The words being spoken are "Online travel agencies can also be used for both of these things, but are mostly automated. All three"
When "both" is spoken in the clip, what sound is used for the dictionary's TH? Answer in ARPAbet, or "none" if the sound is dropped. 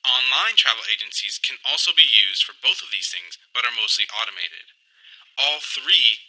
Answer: TH